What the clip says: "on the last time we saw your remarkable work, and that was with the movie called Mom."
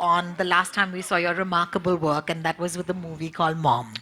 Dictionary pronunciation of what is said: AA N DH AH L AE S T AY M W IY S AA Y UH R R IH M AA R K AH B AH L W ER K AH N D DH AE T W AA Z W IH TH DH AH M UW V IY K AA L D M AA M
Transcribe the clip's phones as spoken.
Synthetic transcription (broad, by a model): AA N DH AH L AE S T AY M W IY S AA Y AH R R IH M AA R K AH B AH L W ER K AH N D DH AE T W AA Z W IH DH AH M UW V IY K AA L D M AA M